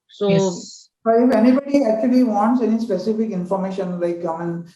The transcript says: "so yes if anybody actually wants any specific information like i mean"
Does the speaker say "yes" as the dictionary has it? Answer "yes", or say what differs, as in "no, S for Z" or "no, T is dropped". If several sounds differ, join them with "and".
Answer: no, S is dropped